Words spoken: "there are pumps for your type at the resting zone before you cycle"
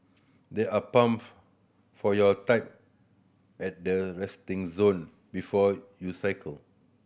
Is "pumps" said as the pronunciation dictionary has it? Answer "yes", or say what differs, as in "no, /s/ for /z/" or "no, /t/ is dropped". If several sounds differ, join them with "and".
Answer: no, /s/ is dropped